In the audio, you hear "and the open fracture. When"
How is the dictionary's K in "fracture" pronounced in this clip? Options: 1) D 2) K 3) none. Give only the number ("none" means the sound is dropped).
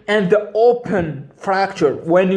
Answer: 2